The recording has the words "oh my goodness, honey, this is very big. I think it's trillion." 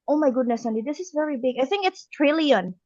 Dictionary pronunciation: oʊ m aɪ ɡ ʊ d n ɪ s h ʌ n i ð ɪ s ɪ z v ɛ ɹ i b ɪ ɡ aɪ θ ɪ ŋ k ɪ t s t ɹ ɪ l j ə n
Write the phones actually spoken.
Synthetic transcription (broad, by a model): oʊ m aɪ ɡ ʊ d n ɪ s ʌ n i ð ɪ s ɪ z v ɛ ɹ i b ɪ ɡ aɪ θ ɪ ŋ k ɪ t s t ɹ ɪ l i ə n